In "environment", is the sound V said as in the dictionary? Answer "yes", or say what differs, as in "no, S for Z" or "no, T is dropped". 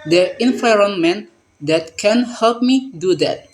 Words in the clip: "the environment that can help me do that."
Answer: no, F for V